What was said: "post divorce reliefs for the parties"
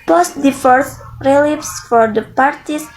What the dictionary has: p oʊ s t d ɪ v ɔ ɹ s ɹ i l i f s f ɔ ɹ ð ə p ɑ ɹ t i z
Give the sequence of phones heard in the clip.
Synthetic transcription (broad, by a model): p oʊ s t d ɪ f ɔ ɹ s ɹ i l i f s f ɔ ɹ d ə p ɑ ɹ t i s